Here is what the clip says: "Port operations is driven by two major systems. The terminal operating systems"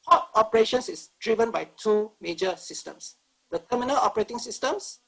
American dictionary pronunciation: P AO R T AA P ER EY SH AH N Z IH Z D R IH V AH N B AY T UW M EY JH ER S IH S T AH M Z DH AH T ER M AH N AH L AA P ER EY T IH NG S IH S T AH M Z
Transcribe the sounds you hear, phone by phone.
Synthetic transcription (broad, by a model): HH AO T AA P ER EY SH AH N S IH S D R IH V AH N B AY T UW M EY JH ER S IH S T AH M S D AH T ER M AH N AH L AA P ER EY T IH NG S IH S T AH M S